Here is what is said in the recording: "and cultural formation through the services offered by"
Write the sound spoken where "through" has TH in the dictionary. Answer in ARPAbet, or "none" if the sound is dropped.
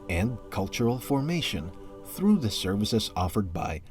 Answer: TH